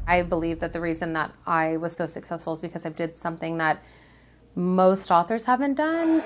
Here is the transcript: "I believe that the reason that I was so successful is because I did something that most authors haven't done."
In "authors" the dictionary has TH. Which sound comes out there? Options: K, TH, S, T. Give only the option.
TH